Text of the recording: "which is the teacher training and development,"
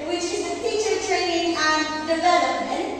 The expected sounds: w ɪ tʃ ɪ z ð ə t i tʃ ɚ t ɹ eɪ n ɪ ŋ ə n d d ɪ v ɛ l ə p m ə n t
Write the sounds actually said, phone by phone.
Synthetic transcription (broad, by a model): w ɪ tʃ ɪ z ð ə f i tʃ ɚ t ɹ eɪ n ɪ ŋ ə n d d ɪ v ɛ l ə p m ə n t